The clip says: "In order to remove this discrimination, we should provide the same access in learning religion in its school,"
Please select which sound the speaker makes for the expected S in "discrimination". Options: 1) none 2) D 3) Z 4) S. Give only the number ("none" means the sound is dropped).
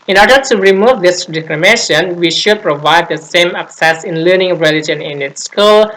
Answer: 1